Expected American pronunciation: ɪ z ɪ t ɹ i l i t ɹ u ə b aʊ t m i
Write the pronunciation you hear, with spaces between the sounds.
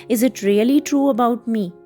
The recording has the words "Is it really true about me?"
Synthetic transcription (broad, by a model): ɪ z ɪ t ɹ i l i t ɹ u ə b aʊ t m i